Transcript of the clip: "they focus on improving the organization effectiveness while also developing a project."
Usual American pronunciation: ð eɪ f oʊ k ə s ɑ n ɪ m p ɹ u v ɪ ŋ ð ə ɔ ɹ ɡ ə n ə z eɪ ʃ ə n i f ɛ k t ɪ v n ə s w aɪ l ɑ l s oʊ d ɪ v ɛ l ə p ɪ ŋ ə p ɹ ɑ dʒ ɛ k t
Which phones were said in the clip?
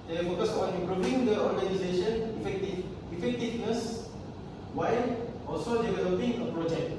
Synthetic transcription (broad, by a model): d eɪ f oʊ k ə s ɑ n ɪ p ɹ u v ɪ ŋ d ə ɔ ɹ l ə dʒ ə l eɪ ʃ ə n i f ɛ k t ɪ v n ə s w aɪ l ɑ l s oʊ d ɪ v ɛ l ə p ɪ ŋ ə p ɹ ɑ dʒ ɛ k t